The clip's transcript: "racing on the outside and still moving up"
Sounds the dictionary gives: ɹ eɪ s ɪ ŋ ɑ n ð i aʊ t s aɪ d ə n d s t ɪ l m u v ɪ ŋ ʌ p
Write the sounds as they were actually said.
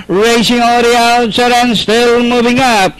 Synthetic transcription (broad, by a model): ɹ eɪ s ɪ ŋ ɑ l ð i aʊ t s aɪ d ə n s t ɪ l m u v ɪ ŋ ʌ p